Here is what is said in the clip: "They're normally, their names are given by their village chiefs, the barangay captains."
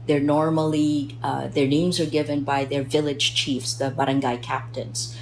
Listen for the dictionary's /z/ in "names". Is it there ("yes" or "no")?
yes